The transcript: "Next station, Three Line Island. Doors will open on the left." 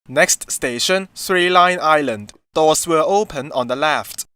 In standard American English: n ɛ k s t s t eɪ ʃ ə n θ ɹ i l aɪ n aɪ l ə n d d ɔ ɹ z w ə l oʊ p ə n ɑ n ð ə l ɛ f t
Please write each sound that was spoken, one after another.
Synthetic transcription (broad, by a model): n ɛ k s t s t eɪ ʃ ə n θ ɹ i l aɪ n aɪ l ə n d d ɔ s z w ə oʊ p ə n ɑ n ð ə l ɛ f t